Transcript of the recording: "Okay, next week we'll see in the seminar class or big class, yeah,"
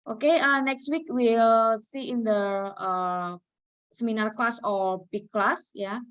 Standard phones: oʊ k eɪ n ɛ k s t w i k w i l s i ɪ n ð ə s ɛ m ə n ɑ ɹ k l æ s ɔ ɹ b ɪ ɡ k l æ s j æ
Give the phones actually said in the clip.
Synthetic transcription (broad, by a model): oʊ k eɪ n ɛ k s t w i k w i l s i ɪ n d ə s ɛ m ə n ɑ ɹ k l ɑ s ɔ l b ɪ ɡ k l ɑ s j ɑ